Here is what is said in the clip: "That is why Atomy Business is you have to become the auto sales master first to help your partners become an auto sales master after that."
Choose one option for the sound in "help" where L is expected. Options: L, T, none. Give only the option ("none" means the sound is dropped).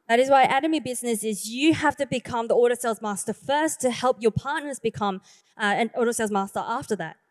L